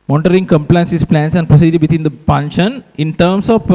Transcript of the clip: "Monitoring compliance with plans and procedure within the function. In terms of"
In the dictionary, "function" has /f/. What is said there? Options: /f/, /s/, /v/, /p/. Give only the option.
/p/